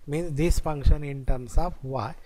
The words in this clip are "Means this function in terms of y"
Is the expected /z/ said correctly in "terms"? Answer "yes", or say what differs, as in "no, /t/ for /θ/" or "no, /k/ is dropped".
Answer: no, /s/ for /z/